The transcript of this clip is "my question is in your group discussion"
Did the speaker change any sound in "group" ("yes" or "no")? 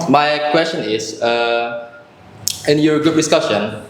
yes